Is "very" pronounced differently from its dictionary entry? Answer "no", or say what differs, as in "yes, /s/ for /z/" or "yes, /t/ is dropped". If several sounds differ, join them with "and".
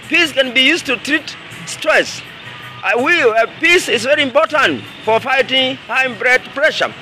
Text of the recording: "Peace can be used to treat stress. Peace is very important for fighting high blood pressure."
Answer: no